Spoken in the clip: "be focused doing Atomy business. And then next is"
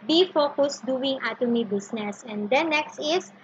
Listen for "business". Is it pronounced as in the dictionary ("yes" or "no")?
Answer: no